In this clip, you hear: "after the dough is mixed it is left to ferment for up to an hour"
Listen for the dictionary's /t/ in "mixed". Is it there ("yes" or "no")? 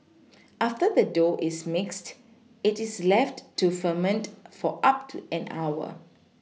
yes